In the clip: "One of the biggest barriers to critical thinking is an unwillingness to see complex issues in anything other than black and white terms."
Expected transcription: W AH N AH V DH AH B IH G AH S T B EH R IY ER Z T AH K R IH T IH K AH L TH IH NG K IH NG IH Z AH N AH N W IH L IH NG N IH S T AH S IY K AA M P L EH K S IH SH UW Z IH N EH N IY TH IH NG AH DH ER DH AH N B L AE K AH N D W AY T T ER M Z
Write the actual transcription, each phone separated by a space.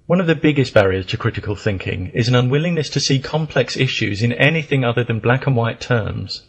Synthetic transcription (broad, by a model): W AH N AH V DH AH B IH G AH S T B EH R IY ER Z T AH K R IH T IH K AH L TH IH NG K IH NG IH Z AH N AH N W IH L IH NG N IH S T AH S IY K AA M P L EH K S IH SH UW Z IH N EH N IY TH IH NG AH DH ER DH AH N B L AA K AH N W AY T T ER M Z